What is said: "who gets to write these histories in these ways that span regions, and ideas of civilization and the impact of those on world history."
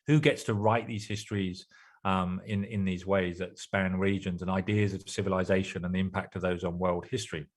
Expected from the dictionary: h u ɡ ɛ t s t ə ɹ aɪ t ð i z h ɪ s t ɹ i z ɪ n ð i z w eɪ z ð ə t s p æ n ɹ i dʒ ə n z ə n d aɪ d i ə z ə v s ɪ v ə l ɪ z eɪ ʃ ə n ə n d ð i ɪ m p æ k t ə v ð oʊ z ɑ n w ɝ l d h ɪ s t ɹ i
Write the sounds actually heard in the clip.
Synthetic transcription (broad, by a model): h u ɡ ɛ t s t ə ɹ aɪ t ð i z h ɪ s t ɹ i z ɪ n ð i z w eɪ z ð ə t s p æ n ɹ i dʒ ə n z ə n aɪ d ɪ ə z ə v s ɪ v ə l ɪ z eɪ ʃ ə n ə n ð i ɪ m p æ k t ə v ð oʊ z n w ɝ l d h ɪ s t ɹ i